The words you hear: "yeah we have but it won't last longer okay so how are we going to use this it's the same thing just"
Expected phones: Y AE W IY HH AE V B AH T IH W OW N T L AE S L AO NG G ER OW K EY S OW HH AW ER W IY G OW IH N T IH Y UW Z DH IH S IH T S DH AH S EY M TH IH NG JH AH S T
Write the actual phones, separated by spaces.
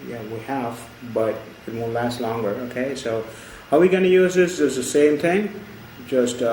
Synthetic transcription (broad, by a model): Y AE W IY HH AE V B AH T IH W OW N L AE S L AO NG G ER OW K EY S OW HH AW W IY G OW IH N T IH Y UW Z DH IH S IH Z DH AH S EY M TH IH NG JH AH S T